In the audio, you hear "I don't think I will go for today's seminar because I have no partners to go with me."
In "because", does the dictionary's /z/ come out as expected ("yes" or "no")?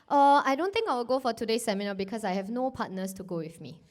no